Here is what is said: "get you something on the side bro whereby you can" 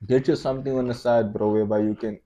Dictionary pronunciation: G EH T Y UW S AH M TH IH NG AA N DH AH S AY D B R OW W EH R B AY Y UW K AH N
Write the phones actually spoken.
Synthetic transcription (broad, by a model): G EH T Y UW S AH M T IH NG AA N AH S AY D B R OW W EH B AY Y UW K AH N